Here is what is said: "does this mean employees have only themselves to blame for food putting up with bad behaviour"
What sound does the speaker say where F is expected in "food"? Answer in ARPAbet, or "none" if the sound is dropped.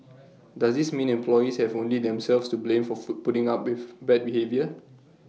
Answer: P